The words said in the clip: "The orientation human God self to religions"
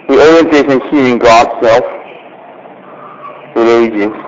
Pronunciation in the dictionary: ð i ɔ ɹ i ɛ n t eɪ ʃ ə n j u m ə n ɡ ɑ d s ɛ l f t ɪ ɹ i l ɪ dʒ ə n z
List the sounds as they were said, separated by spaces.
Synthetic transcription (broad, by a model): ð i ɔ ɹ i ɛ n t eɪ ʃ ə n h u ə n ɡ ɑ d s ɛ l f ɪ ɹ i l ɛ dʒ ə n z